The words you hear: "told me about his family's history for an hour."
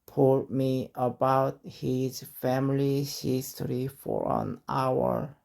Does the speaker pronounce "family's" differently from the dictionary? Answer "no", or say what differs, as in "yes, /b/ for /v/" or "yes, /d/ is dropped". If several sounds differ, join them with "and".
yes, /z/ is dropped